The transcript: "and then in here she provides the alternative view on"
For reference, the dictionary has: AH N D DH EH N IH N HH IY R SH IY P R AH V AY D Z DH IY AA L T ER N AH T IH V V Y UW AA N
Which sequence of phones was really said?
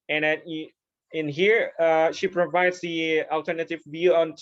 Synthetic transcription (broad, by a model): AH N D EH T IH N HH IY R SH IY P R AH V AY D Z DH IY AA L T ER N AH T IH V V Y UW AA N